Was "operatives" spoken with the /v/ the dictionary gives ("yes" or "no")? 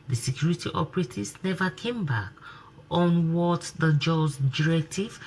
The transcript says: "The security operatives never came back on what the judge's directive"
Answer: no